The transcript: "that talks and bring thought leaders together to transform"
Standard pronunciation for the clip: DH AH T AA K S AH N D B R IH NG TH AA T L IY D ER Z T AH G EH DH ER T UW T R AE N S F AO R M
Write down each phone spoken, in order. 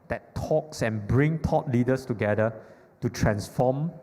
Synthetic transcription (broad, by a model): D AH T AA K S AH N B R IH NG T AA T L IY D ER S T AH G EH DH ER T UW T R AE N S F AO M